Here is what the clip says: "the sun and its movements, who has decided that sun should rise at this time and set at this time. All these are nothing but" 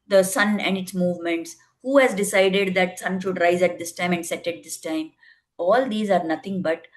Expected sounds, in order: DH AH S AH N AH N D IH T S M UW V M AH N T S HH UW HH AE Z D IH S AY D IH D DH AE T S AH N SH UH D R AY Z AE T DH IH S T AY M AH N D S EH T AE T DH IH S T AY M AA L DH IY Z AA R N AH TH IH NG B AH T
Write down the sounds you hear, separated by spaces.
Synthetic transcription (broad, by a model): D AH S AH N AH N D IH T S M UW V M AH N T S HH UW HH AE Z D IH S AY D IH D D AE T S AH N SH UH D R AY Z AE T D IH S T AY M AH N D S EH T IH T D IH S T AY M AA L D IY Z AA R N AH T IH NG B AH T